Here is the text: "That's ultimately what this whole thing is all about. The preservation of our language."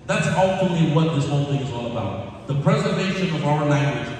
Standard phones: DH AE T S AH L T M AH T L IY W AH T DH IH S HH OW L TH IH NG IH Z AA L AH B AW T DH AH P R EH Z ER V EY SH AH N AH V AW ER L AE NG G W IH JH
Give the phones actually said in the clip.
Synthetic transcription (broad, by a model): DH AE T S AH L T AH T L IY W AH T DH IH S HH OW L TH IH NG IH Z AA L AH B AW T DH AH P R EH Z ER V EY SH AH N AH V AW ER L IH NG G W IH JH